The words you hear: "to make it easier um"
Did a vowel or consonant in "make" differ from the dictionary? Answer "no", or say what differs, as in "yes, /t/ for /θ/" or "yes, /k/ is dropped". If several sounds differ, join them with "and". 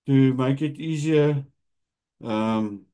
no